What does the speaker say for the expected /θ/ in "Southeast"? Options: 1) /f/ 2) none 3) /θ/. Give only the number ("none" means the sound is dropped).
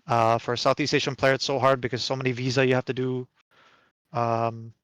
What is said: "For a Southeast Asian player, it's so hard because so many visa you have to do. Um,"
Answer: 3